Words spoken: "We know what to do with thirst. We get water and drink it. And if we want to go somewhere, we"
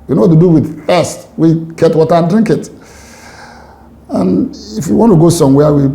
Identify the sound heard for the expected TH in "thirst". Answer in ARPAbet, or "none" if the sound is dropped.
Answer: F